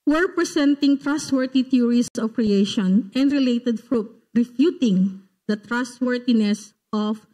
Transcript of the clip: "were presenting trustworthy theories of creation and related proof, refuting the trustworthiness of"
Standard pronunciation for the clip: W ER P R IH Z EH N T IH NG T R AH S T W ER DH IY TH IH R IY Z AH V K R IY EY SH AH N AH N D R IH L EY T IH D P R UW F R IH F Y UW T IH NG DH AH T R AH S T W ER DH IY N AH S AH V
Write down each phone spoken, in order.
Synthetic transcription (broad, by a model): W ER P R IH S EH N T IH NG T R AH S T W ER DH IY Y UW R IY S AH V K R IY EY SH AH N AH N D R IH L EY T IH D F R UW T R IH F Y UW T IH NG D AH T R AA S T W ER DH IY N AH S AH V